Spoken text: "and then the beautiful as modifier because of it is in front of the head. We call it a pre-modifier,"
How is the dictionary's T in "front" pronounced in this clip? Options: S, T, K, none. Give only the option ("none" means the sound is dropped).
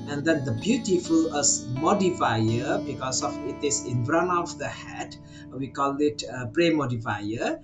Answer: none